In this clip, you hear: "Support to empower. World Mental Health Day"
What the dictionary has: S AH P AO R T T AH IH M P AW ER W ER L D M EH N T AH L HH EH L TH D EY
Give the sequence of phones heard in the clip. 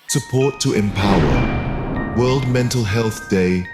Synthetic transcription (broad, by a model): S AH P AO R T T AH IH M P AW ER W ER L D M EH N T AH L HH EH L TH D EY